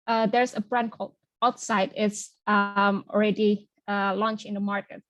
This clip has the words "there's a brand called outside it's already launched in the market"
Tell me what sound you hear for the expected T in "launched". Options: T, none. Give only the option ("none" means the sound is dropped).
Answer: none